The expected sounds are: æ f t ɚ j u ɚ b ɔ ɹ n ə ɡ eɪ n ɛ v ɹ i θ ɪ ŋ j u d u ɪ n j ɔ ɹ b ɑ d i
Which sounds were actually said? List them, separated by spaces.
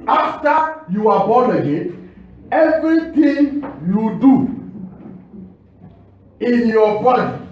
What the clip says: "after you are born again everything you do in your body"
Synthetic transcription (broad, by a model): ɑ f t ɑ j u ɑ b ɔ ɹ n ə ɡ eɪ ɛ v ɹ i t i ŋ j u d u ɪ n j ɔ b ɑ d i